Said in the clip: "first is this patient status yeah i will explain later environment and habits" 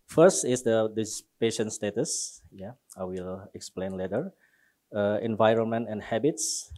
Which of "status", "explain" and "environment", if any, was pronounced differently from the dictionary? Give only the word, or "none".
none